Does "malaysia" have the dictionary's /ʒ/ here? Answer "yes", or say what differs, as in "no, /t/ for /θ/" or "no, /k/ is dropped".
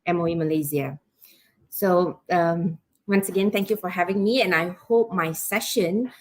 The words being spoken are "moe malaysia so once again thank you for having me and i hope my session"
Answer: no, /z/ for /ʒ/